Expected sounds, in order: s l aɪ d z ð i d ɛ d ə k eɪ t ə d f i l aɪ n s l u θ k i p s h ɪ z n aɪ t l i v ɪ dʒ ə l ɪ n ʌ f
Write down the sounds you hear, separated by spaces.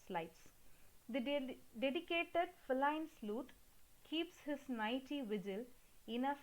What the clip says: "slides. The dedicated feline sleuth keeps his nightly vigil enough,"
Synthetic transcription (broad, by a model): s l aɪ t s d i d ɛ d ə k eɪ t ə d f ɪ l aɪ n s l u t k i p s h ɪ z n aɪ t i v ɪ dʒ ə l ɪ n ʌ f